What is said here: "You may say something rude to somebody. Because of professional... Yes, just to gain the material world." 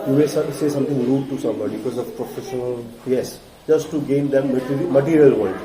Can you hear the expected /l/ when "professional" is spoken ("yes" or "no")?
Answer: yes